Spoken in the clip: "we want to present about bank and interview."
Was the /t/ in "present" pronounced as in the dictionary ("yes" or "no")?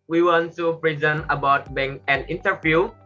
no